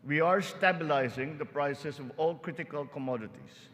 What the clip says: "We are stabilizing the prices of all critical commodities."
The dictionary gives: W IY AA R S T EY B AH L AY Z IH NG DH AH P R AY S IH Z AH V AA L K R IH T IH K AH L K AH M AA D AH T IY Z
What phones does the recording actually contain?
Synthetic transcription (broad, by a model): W IY AA R S T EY B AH L AY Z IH NG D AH P R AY S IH S AH V AA L K R IH T IH K AH L K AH M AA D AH T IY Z